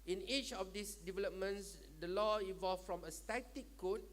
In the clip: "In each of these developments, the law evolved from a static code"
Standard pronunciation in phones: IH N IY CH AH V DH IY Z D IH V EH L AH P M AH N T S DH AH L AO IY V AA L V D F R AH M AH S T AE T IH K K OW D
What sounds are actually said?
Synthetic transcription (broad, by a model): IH N IY CH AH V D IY S D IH V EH L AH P M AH N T S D AH L AO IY V AA L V F R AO M AH S T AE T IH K K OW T